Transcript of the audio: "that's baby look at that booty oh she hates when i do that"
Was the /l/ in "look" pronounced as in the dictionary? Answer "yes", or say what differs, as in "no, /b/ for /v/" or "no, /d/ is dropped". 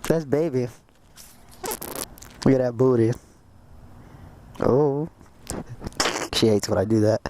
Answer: no, /w/ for /l/